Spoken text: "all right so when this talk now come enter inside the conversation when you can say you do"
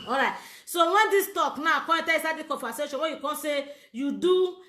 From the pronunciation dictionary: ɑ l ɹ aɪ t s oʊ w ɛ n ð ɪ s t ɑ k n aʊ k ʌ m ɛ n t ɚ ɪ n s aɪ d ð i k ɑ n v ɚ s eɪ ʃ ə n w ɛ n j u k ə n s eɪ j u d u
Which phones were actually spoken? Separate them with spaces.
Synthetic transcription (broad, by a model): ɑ ɹ aɪ t s oʊ w ɛ n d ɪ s t ɑ k n aʊ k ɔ ɛ t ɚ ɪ s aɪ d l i k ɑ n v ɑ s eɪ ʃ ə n w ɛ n j u k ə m s eɪ j u d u